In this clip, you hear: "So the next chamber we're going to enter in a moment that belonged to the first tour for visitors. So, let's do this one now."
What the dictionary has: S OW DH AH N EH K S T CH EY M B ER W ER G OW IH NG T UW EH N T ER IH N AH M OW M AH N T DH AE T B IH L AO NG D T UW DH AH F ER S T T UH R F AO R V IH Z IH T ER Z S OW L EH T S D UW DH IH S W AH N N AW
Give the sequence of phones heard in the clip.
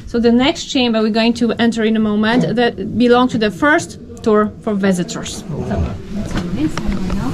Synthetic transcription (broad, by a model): S OW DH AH N EH K S T CH EY M B ER W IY G OW IH NG T UW EH N T ER IH N AH M OW M AH N T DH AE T B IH L AO NG T UW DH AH F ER S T T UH R F AO R V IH Z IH T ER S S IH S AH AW